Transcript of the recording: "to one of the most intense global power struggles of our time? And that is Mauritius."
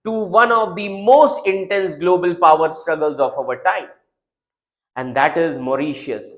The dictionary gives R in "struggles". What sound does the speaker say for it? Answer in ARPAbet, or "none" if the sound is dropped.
R